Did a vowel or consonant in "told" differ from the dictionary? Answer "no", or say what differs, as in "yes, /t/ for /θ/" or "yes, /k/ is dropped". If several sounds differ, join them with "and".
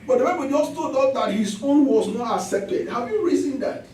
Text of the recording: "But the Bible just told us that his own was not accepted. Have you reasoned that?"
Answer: yes, /l/ is dropped